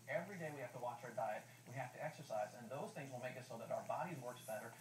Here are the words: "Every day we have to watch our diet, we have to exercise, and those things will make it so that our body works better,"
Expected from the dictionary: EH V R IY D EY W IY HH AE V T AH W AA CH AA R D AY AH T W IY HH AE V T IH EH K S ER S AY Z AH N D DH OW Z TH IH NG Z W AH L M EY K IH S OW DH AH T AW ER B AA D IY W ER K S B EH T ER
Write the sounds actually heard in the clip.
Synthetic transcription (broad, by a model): EH V R IY D EY W IY HH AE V T AH W AA CH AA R D AY AH T W IY HH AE F T IH EH K S ER S AY Z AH N DH OW Z TH IH NG Z W AH L M EY K IH S OW DH AH T AW ER B AA D IY W ER K S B EH T ER